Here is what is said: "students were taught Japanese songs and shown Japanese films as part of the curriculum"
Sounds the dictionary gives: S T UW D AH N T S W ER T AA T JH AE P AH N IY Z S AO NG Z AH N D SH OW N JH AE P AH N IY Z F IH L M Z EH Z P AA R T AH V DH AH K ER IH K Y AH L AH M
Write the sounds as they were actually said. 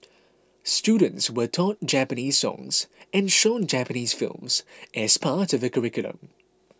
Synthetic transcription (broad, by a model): S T UW D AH N T S W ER T AA T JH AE P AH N IY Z S AO NG Z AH N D SH OW N JH AE P AH N IY Z F IH L M Z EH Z P AA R T AH V DH AH K ER IH K Y AH L AH M